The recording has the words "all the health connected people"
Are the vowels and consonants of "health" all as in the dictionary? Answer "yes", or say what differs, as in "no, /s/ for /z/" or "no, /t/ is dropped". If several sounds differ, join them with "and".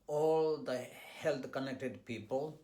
no, /t/ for /θ/